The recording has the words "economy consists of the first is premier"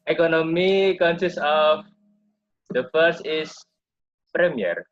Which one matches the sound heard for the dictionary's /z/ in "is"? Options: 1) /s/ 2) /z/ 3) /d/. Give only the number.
1